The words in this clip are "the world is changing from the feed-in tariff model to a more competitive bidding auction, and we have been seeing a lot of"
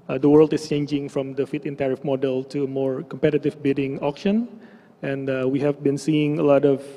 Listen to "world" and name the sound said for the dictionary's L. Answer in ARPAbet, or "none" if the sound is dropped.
L